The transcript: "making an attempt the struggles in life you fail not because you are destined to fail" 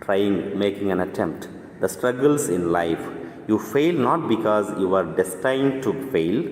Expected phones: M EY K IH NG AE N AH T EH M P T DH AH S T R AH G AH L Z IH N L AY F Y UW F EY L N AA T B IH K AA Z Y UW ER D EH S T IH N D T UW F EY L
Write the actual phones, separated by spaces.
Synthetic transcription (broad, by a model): M EY K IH NG AE N AH T EH M P T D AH S T R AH G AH L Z IH N L AY F Y UW F EY L N AA T B IH K AA Z Y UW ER D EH S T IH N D T UW F EY L